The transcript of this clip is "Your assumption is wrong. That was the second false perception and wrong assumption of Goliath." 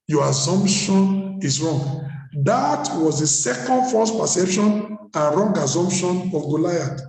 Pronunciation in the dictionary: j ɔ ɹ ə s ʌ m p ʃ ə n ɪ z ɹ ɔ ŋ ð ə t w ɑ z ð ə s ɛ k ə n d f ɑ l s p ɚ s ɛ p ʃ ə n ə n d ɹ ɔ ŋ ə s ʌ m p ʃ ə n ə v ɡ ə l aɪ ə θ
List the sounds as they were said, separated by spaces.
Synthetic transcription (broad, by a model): j ɔ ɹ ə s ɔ m p ʃ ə n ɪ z ɹ ɔ ŋ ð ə t w ɑ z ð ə s ɛ k ə n d f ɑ s p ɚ s ɛ p ʃ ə n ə n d ɹ ɔ ŋ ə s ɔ m p ʃ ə n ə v ɡ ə l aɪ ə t